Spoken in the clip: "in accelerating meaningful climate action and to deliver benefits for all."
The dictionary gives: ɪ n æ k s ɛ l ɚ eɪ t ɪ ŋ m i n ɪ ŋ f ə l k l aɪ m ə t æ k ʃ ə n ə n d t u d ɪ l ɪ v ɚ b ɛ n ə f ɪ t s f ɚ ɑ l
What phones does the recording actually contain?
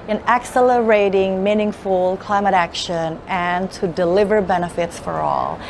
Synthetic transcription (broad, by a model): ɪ n æ k s ɛ l ɚ eɪ t ɪ ŋ m i n ɪ ŋ f ə l k l aɪ m ə t æ k ʃ ə n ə n t u d ɪ l ɪ v ɚ b ɛ n ə f ɪ t s f ɚ ɑ l